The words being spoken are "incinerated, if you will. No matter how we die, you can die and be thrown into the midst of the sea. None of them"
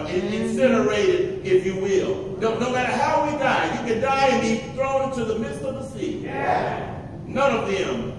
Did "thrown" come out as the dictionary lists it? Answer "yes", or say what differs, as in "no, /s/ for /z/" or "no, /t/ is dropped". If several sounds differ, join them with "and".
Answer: no, /n/ is dropped